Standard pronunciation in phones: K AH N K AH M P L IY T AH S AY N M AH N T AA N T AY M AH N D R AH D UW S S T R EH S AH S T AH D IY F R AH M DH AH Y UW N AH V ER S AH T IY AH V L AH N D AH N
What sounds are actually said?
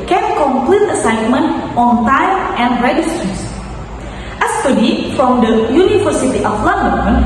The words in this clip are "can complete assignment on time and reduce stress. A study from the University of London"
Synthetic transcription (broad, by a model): K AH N K AH M P L IY T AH S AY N M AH N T AA N T AY M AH N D R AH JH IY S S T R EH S AH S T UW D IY F R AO M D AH Y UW N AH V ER S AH T IY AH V L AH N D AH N